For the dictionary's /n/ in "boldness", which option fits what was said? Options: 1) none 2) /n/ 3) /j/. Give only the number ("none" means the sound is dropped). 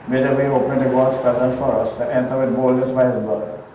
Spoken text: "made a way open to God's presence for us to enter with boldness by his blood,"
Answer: 1